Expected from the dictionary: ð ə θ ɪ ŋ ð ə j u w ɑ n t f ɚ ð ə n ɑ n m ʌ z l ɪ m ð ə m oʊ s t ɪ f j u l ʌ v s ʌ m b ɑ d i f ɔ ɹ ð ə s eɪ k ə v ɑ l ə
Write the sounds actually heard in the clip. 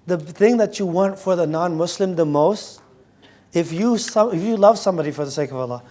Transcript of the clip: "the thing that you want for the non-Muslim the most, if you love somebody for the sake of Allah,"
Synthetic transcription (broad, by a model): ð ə θ ɪ ŋ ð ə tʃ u w ɑ n t f ɚ ð ə n ɑ n m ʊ s l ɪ m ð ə m oʊ s t ɪ f j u l ʌ v s ʌ m b ɑ d i f ɔ ɹ ð ə s eɪ k ə v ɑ l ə